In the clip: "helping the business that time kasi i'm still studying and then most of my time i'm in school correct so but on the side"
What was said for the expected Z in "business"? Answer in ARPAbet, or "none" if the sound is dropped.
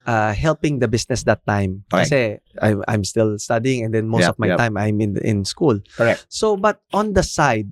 S